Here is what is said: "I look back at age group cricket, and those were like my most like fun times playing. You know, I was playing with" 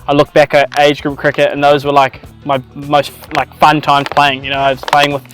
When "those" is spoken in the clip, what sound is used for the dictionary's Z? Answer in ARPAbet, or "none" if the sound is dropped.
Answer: Z